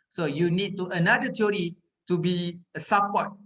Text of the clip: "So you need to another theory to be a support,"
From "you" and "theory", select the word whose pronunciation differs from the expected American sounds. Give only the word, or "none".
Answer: theory